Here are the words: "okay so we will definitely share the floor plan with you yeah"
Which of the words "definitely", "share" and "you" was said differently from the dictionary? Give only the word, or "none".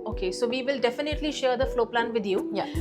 none